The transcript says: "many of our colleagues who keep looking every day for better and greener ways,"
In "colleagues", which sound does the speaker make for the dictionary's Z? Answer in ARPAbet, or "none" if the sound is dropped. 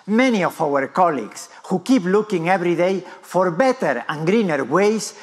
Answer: S